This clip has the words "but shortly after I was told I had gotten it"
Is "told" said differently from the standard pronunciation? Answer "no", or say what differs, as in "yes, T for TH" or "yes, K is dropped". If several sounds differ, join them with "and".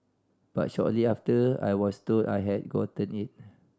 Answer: yes, L is dropped